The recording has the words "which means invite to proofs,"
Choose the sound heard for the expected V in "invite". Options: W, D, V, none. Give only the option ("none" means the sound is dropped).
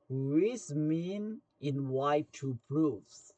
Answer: W